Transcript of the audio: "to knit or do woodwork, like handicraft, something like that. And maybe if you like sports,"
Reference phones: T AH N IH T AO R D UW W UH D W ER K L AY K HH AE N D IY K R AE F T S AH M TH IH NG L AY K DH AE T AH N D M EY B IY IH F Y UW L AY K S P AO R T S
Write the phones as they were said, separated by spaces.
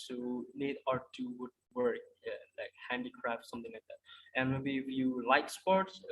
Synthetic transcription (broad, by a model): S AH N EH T AO R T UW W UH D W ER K L AY K HH AE N D IY K R AE F T S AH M T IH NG L AY K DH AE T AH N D M EY B IY IH F Y UW L AY K S P AO R T S